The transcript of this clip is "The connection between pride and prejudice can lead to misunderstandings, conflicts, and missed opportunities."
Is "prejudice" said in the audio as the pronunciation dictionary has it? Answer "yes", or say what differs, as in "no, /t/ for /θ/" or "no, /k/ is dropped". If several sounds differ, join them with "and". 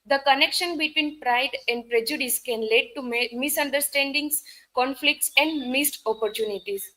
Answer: yes